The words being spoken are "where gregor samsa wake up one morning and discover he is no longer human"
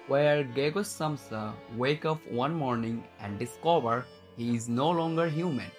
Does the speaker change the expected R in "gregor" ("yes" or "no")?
yes